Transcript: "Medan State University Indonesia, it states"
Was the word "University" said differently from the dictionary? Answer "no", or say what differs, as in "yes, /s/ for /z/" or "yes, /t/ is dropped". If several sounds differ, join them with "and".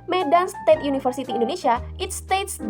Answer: yes, /f/ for /v/